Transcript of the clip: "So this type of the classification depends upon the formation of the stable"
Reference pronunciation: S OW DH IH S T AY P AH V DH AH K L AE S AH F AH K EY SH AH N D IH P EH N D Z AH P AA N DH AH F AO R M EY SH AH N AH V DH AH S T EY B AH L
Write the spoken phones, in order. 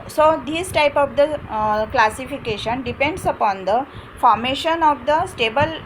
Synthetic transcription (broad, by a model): S OW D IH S T AY P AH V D AH K L AE S AH F AH K EY SH AH N D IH P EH N D S AH P AA N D AH F AO R M EY SH AH N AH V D AH S T EY B AH L